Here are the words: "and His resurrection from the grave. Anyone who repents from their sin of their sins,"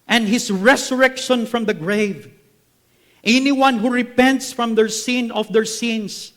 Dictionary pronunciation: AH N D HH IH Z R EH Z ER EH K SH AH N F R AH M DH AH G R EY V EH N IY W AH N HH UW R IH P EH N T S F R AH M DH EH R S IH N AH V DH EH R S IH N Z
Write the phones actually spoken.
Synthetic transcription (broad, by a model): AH N D HH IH S R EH S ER EH K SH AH N F R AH M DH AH G R EY V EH N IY W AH N HH UW R IH P EH N T S F R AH M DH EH R S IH N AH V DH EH R S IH N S